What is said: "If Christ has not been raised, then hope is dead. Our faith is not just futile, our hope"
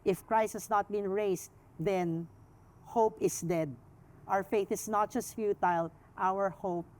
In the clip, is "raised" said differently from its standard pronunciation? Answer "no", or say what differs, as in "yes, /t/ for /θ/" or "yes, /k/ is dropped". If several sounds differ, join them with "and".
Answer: yes, /s/ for /z/